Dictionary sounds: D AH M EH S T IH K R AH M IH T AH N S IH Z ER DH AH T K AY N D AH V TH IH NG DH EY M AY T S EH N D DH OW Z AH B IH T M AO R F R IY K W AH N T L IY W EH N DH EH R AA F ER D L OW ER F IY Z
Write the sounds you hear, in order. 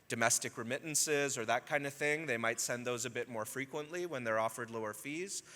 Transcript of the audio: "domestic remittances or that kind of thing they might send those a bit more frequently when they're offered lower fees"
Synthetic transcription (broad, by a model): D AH M EH S T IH K R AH M IH T N S IH Z ER DH AH T K AY N D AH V TH IH NG DH EY M AY T S EH N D DH OW Z AH B IH T M AO R F R IY K W AH N T L IY W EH N DH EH R AA F ER D L OW ER F IY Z